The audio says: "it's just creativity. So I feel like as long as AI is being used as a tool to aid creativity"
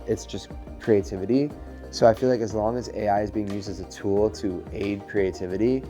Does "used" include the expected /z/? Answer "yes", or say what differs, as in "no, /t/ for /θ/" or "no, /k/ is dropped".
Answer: yes